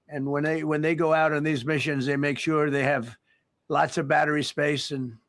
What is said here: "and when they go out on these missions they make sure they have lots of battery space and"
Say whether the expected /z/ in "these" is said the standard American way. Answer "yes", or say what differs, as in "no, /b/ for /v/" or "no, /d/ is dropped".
yes